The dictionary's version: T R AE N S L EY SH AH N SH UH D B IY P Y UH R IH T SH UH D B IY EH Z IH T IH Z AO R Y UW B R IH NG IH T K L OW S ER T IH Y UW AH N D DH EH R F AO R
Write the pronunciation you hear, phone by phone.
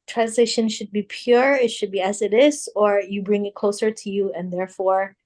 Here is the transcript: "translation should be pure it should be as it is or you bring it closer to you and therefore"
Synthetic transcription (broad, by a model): T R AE N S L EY SH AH N SH UH D B IY P Y UH R IH T SH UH D B IY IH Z IH T IH Z AO R Y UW B R IH NG IH T K L OW S ER T IH Y UW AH N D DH EH R F AO R